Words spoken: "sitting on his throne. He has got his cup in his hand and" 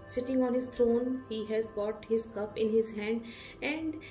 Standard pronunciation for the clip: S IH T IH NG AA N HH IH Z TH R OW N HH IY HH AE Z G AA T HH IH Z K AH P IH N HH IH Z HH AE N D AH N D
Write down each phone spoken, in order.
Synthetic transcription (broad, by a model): S IH T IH NG AA N HH IH Z T R OW N HH IY HH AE Z G AA T HH IH Z K AH P IH N HH IH Z HH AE N D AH N D